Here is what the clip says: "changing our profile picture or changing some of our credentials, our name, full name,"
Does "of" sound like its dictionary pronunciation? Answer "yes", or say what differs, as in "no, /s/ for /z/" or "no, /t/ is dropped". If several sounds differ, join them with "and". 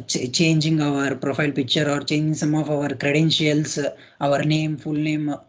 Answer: yes